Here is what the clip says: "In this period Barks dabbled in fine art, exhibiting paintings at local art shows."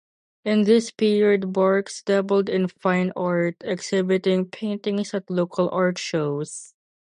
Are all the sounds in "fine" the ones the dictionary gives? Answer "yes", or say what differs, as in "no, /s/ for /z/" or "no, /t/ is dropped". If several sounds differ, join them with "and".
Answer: yes